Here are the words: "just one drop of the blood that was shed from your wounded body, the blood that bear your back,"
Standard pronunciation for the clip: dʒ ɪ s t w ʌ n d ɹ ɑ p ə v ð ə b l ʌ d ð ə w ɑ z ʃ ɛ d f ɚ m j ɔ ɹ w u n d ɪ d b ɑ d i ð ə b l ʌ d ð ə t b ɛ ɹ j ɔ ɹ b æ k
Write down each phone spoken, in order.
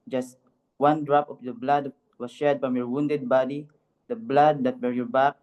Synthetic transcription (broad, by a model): dʒ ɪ s t w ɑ n d ɹ ɑ p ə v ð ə b l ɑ d w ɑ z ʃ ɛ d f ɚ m j ɔ ɹ w u n d ɪ d b ɑ d i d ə b l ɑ d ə t b ɛ ɹ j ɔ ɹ b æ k